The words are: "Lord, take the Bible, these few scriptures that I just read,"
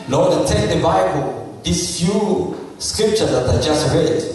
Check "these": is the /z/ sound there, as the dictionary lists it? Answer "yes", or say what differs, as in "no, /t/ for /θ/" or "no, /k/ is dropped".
no, /s/ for /z/